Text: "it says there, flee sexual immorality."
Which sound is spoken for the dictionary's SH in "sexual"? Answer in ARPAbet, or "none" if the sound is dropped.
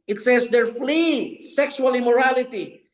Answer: S